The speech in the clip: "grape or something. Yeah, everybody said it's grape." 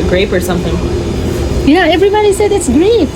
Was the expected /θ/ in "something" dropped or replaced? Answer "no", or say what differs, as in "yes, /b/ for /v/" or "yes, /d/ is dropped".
no